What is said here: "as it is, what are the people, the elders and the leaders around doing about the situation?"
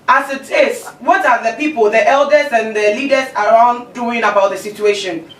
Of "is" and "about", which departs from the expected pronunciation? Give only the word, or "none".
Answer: is